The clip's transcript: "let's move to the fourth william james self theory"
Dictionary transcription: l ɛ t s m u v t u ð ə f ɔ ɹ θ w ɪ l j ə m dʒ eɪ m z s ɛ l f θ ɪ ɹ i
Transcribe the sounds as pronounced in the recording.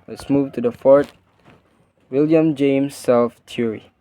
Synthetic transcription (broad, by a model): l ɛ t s m u v t u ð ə f ɔ ɹ t w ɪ l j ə m dʒ eɪ m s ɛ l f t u ɹ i